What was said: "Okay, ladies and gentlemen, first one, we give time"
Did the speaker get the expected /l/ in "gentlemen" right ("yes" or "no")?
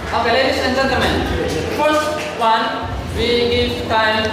no